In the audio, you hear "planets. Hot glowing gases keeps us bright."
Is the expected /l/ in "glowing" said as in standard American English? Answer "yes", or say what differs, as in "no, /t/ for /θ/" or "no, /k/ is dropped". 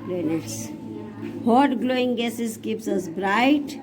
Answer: yes